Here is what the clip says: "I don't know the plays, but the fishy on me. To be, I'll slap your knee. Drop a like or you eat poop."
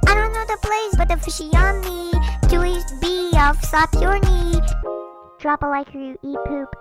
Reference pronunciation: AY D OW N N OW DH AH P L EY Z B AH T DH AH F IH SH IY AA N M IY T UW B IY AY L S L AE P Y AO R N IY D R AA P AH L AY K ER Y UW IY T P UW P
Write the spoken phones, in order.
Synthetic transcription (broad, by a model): AY D OW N N OW DH AH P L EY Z B AH T DH AH F IH SH IY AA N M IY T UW B IY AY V S AA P Y AO R N IY D R AA P AH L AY K ER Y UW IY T P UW P